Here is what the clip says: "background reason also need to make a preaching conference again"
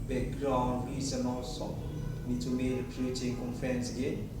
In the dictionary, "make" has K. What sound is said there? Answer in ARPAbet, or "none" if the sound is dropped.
none